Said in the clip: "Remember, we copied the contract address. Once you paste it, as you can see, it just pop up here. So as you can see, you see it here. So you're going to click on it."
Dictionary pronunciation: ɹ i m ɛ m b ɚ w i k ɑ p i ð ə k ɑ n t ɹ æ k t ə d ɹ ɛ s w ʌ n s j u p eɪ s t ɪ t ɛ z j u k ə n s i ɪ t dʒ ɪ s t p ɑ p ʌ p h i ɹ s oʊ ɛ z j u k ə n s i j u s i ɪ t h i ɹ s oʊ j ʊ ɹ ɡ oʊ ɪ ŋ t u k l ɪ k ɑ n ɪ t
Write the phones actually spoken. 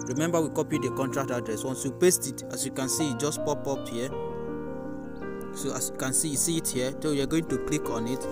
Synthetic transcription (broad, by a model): ɹ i m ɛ m b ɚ w i k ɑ p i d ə k ɑ n t ɹ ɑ k t ə d ɹ ɛ s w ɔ n s j u p eɪ s t ɪ t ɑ s j u k ə n s i ɪ t dʒ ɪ s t p ɑ p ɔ p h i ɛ s oʊ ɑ s j u k ə n s i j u s i ɪ t h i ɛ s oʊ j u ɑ ɡ oʊ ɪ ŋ t u k l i k ɑ n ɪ t